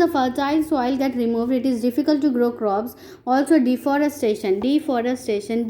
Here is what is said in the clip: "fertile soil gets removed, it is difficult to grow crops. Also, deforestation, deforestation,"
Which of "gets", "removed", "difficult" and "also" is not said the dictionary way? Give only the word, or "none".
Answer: gets